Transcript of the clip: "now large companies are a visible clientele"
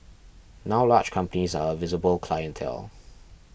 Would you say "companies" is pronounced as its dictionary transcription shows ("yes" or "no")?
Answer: yes